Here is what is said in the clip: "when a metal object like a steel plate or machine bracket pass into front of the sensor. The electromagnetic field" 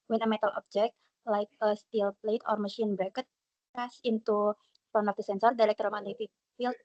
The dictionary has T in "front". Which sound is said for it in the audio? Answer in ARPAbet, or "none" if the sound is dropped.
none